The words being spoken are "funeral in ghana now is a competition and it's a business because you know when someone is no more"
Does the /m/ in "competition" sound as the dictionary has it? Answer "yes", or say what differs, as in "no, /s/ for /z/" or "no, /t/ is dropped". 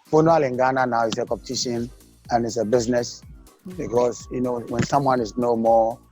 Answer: no, /m/ is dropped